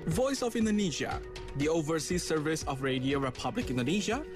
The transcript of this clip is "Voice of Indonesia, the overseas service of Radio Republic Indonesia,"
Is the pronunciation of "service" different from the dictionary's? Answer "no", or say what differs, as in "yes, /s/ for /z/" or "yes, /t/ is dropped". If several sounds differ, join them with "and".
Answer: no